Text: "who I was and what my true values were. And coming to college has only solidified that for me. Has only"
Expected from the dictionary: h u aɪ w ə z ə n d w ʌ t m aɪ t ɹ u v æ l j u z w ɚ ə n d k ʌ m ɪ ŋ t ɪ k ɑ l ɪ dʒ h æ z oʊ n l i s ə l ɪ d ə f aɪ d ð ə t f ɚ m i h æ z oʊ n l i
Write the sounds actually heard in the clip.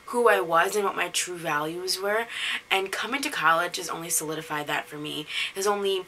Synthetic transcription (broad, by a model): h u aɪ w ə z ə n w ʌ t m aɪ t ɹ u v æ l j u z w ɚ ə n k ʌ m ɪ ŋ t ɪ k ɑ l ɪ dʒ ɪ z oʊ n l i s ə l ɪ d ə f aɪ d ð ə t f ɚ m i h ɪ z oʊ n l i